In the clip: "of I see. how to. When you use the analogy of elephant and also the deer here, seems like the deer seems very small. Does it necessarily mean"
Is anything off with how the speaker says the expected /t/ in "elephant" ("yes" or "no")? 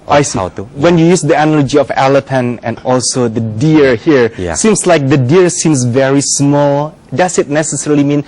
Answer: yes